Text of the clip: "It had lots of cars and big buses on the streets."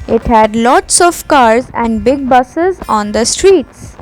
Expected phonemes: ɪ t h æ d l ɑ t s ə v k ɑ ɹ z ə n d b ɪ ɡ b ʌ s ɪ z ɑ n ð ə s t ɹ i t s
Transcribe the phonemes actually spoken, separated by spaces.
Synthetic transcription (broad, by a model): ɪ t h æ d l ɑ t s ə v k ɑ ɹ z ə n d b ɪ ɡ b ʌ s ɪ z ɑ n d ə s t ɹ i t s